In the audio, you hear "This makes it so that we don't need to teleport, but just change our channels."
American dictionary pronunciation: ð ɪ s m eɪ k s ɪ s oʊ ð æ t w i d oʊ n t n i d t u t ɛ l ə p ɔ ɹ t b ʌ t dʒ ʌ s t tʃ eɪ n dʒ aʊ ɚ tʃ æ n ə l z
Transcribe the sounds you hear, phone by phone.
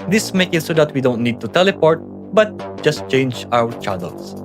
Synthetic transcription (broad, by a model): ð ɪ s m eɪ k ɪ s oʊ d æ t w i d oʊ n t n i d t u t ɛ l ə p ɔ ɹ t b ʌ t dʒ ʌ s t tʃ eɪ n dʒ aʊ ɚ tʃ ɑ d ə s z